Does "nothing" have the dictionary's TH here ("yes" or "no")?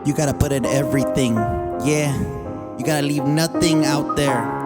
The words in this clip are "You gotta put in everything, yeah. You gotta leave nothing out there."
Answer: yes